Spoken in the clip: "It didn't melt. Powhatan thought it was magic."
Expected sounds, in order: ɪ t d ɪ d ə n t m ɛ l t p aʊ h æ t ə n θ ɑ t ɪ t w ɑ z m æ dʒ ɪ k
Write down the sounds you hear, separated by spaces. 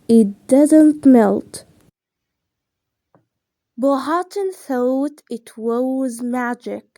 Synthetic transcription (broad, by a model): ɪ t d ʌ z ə n t m ɛ l t b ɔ h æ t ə n θ ɑ t ɪ t w ɑ z m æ dʒ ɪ k